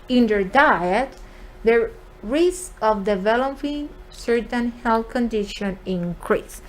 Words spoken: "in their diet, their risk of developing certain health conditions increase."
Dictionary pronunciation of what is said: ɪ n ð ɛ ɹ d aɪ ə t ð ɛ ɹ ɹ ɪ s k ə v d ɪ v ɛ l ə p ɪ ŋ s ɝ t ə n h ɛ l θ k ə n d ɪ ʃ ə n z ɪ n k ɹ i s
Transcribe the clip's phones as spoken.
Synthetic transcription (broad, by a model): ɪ n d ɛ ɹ d aɪ ə t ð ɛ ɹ ɹ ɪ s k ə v d ɪ v ɛ l ə p ɪ ŋ s ɝ t ə n h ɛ l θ k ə n d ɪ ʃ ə n ɪ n k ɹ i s